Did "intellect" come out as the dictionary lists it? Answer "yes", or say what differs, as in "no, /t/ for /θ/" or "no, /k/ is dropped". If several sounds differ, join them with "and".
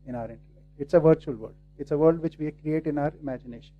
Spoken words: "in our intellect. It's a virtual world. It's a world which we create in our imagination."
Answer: no, /n/ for /l/ and /k/ is dropped